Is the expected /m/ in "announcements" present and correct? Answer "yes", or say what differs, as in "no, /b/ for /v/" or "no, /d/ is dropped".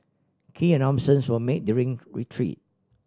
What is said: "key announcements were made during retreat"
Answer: no, /m/ is dropped